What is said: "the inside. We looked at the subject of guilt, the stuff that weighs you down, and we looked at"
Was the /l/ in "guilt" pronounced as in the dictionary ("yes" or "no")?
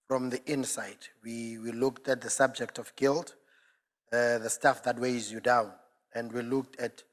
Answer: yes